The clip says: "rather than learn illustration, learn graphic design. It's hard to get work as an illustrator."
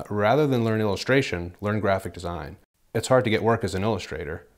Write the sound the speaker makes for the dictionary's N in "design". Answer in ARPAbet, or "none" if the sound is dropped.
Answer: N